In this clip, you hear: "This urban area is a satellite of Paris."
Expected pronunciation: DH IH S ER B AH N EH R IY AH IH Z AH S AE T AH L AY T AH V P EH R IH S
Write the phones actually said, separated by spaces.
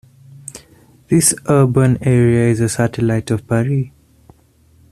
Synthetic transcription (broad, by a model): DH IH S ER B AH N EH R IY AH IH Z AH S AE T AH L AY T AH V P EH R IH